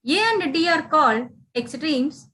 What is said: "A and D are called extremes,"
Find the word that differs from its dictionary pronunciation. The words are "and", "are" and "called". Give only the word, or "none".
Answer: called